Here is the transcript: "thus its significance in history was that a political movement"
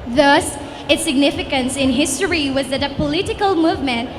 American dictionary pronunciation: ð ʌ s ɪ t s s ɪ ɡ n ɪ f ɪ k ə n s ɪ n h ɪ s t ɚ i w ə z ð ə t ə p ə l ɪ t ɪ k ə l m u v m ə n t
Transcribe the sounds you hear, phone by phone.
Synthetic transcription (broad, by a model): ð ʌ s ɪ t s s ɪ ɡ n ɪ f ɪ k ə n s ɪ n h ɪ s t ɚ i w ə z ð ə t ə p ə l ɪ t ɪ k ə l m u v m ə n t